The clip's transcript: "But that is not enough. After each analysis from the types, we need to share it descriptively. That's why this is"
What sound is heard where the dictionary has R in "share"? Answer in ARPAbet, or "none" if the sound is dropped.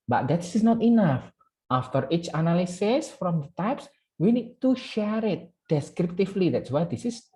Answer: R